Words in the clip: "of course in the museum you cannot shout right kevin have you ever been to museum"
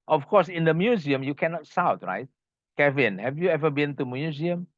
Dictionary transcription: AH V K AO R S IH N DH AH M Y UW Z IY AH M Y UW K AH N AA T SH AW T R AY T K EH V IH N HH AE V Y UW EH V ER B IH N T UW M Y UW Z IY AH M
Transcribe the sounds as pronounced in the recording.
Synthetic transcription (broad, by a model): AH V K AO S IH N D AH M Y UW Z IY AH M Y UW K AH N AA T S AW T R AY T K EH V IH N HH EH V Y UW EH V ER B IH N T UW M Y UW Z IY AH M